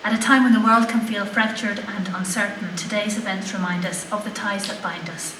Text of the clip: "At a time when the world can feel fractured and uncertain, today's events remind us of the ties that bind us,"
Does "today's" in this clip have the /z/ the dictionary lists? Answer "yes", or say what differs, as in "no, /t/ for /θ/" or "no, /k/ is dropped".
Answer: yes